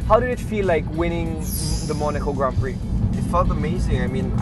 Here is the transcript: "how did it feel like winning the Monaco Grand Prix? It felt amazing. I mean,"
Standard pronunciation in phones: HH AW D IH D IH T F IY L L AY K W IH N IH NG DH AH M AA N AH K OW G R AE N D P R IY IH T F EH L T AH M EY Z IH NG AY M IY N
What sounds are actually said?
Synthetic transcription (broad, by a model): HH AW D IH D IH T F IY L L AY K W IH N IH NG DH AH M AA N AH K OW G R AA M P R IY IH T F EH L T AH M EY Z IH NG AY M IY N